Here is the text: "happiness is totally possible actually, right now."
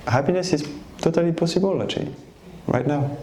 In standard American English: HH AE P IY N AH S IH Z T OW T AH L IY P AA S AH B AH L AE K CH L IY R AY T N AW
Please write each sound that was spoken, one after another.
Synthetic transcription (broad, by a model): HH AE P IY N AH S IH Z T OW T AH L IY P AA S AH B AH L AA CH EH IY R AY T N AW